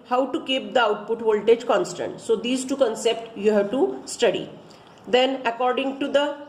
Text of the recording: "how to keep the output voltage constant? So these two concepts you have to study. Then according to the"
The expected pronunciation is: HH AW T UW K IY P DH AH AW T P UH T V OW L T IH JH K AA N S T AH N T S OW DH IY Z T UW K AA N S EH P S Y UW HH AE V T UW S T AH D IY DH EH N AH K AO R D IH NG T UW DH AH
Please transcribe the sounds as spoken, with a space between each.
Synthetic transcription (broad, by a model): HH AW T UW K IY P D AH AW T P UH T V OW L T IH JH K AA N S T AH N T S OW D IY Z T UW K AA N S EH P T Y UW HH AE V T UW S T AH D IY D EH N AH K AO R D IH NG T UW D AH